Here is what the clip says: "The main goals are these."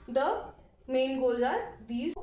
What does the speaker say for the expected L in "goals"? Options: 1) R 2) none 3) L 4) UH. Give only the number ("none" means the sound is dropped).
2